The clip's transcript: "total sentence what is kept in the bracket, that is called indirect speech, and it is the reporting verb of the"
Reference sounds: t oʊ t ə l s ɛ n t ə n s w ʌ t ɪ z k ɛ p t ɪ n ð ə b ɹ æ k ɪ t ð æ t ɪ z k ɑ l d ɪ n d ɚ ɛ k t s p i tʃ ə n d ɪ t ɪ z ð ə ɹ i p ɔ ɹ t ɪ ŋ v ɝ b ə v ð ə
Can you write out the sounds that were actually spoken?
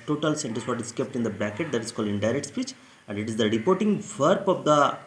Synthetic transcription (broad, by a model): t oʊ t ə l s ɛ n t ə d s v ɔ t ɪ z k ɛ p t ɪ n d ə b æ k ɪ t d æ t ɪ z k ɑ l d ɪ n d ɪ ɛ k t s p i tʃ ə n d ɪ t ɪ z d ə ɹ i p ɔ ɹ t ɪ ŋ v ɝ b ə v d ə